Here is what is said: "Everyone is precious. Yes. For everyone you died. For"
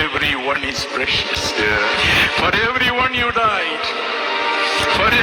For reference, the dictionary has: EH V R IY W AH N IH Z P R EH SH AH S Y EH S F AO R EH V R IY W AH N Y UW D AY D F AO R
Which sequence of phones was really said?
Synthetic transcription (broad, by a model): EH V R IY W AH N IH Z P R EH SH AH S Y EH F AO R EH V R IY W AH N Y UW D AY D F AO R